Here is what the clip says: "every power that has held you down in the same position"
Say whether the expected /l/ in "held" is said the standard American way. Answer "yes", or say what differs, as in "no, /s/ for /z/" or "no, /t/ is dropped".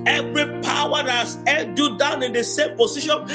no, /n/ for /l/